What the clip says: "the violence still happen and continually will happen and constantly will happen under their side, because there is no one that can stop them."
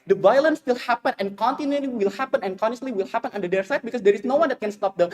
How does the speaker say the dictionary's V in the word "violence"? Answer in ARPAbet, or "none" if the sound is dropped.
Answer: V